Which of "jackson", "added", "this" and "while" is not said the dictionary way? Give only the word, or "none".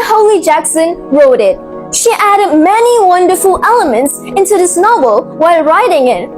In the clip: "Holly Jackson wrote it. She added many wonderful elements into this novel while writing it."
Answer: none